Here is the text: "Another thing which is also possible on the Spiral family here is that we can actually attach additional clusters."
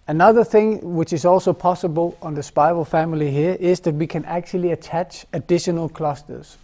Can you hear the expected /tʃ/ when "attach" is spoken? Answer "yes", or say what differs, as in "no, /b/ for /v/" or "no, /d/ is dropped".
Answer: yes